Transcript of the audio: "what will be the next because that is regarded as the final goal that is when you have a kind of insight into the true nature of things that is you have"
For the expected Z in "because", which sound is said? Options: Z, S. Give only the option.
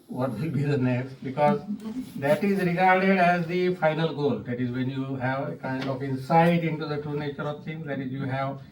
Z